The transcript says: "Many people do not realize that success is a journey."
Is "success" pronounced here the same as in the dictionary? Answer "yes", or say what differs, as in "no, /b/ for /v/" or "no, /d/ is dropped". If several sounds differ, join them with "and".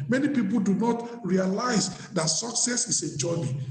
yes